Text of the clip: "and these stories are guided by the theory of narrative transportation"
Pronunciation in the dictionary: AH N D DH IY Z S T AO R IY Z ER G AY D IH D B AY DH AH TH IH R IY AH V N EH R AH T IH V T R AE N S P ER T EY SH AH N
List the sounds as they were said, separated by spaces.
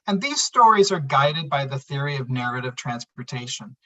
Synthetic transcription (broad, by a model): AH N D DH IY Z S T AO R IY Z ER G AY D IH D B AY DH AH TH IH R IY AH V N EH R AH T IH V T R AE N S P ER T EY SH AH N